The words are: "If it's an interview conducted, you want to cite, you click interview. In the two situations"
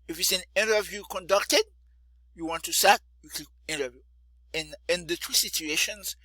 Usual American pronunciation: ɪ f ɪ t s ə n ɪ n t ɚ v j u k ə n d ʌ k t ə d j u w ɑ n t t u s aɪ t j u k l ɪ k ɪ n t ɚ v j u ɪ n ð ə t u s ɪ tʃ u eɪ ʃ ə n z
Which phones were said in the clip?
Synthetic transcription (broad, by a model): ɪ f ɪ t s ə n ɪ n t ɚ v j u k ə n d ʌ k t ə d j u w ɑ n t t u s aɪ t j u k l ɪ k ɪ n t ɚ v j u ɪ n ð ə t u s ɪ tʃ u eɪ ʃ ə n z